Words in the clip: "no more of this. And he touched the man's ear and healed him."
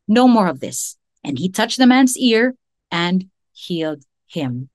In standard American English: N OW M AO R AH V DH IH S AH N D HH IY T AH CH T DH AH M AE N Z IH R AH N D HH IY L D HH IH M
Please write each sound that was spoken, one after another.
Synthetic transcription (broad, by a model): N OW M AO R AH V DH IH S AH N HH IY T AH CH DH AH M AE N Z IH R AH N HH IY L D HH IH M